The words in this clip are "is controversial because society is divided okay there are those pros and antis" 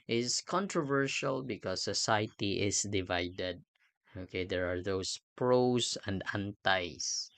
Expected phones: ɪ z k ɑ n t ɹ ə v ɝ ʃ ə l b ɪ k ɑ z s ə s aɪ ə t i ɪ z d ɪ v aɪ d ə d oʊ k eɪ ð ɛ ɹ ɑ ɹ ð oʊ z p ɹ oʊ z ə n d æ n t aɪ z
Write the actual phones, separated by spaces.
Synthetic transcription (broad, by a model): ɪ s k ɑ n t ɹ ə v ɝ ʃ ə l b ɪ k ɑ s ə s aɪ t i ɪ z d ɪ v aɪ d ə d oʊ k eɪ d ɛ ɹ ɑ ɹ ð oʊ s p ɹ oʊ s ə n d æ n t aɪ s